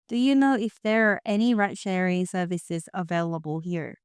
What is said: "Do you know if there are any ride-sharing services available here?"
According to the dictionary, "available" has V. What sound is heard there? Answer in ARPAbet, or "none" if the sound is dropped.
V